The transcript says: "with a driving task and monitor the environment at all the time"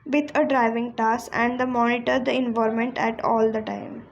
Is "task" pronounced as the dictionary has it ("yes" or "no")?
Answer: no